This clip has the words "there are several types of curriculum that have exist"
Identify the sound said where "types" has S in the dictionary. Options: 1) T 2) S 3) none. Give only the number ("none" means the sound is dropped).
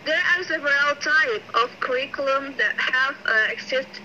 3